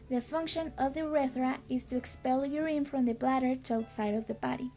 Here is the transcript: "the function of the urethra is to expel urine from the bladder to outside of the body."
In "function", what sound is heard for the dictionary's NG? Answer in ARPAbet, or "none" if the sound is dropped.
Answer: NG